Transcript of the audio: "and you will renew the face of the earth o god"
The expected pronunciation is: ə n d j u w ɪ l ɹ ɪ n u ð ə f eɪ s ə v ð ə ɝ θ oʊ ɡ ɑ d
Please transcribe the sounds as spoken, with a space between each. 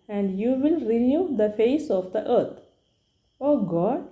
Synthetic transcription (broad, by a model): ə n d j u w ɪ l ɹ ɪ n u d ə f eɪ s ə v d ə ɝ t oʊ ɡ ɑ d